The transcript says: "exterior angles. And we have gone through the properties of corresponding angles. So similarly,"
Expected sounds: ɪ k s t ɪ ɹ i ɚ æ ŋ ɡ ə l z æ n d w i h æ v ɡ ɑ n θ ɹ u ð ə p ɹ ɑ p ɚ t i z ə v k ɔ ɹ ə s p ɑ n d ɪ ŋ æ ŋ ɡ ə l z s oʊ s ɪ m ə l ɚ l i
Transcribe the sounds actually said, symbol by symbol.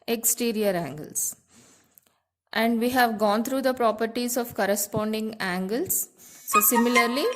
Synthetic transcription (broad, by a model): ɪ k s t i ɹ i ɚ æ ŋ ɡ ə l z æ n d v i h æ v ɡ ɑ n t ɹ u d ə p ɹ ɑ p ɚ t i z ə v k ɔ ɹ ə s p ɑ n d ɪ ŋ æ ŋ ɡ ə l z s oʊ s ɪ m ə l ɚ l i